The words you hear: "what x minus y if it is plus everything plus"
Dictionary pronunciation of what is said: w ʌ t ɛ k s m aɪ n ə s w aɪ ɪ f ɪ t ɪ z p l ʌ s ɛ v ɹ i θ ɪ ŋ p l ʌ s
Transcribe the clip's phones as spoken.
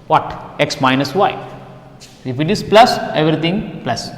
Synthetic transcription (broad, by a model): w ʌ t ɛ k s m aɪ n ə s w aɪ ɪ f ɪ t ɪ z p l ʌ s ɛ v ɹ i t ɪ ŋ p l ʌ s